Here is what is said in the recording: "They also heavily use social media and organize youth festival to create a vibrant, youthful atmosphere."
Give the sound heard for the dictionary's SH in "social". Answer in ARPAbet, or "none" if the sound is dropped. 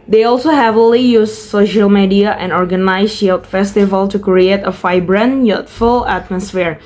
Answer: SH